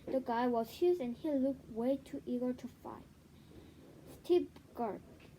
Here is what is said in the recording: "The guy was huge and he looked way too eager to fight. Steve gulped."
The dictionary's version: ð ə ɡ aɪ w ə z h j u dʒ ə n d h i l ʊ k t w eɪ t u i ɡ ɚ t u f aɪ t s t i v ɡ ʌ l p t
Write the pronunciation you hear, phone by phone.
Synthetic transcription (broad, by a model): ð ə ɡ aɪ w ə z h j u z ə n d h i l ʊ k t w eɪ t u i ɡ ɚ t u f aɪ t s t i p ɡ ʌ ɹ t